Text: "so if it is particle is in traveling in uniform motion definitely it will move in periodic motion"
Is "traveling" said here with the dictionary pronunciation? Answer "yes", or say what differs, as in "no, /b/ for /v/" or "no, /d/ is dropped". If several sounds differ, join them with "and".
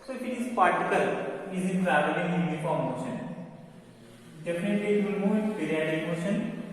no, /l/ is dropped